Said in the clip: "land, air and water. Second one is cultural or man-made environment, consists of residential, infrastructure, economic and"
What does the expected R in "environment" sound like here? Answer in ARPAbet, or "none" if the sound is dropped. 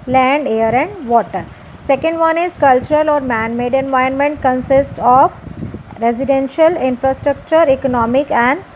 none